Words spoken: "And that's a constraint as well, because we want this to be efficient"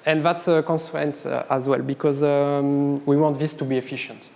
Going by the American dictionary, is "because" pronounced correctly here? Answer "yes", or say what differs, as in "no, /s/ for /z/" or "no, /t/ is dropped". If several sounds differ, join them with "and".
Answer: yes